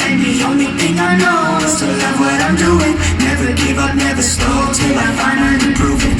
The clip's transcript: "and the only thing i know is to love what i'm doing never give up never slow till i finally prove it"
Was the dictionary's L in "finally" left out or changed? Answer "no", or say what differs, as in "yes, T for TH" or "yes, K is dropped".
yes, N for L